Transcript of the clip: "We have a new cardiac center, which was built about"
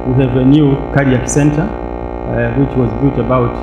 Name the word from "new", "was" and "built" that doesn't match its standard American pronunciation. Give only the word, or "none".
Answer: built